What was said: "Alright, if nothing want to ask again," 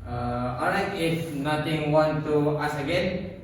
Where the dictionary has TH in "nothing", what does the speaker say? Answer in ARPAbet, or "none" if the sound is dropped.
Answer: T